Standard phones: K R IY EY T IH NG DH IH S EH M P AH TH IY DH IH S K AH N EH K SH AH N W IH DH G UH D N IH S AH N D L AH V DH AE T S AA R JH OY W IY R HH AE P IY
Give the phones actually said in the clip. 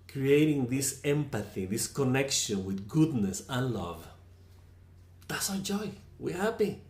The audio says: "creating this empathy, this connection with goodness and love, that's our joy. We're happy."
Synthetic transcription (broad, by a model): K R IY EY T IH NG DH IH S EH M P AH TH IY DH IH S K AH N EH K SH AH N W IH DH G UH D N IH S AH N L AH V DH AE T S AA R JH OY W IY R HH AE P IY